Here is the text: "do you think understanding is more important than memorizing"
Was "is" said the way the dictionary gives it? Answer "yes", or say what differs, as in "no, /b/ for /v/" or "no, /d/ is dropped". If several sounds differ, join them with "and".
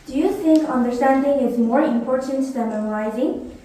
yes